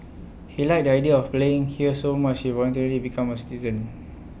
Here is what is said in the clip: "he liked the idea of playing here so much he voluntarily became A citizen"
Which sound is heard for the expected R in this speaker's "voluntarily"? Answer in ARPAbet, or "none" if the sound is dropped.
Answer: R